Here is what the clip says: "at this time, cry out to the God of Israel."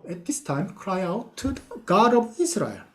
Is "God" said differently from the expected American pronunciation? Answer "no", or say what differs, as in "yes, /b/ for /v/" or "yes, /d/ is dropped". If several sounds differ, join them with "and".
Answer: no